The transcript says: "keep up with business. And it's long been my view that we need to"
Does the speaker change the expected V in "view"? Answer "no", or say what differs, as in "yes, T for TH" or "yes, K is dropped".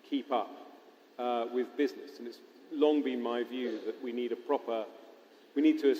no